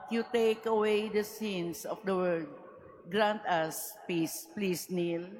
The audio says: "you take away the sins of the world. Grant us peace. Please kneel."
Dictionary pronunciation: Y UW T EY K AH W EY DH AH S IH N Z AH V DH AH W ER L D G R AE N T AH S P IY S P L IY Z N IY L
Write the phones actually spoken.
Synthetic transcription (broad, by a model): Y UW T EY K AH W EY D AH S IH N S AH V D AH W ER D G R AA N T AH S P IY S P L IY S N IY L